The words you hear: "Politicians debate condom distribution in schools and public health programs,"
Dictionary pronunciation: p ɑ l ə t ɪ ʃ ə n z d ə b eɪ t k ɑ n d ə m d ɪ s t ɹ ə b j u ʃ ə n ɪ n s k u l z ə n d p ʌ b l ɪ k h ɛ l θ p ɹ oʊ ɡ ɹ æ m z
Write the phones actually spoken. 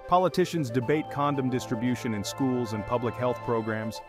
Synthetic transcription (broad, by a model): p ɑ l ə t ɪ ʃ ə n z d ə b eɪ t k ɑ n d ə m d ɪ s t ɹ ə b j u ʃ ə n ɪ n s k u l z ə n p ʌ b l ɪ k h ɛ l θ p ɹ oʊ ɡ ɹ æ m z